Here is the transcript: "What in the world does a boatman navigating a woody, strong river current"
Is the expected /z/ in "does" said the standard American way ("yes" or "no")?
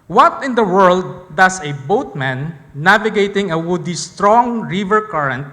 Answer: no